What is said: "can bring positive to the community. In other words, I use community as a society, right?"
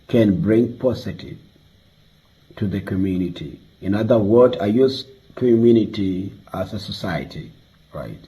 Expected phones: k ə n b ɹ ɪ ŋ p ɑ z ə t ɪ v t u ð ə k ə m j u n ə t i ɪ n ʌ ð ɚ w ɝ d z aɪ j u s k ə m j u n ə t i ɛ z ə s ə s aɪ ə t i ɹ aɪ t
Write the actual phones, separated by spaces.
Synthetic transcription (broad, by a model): k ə n b ɹ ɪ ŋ p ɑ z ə t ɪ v t u ð ə k ə m j u n ə t i ɪ n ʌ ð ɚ w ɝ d aɪ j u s k ə m j u n ə t i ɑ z ə s ə s aɪ ə t i ɹ aɪ t